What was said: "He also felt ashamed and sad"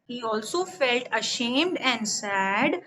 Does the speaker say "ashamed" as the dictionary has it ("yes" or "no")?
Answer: yes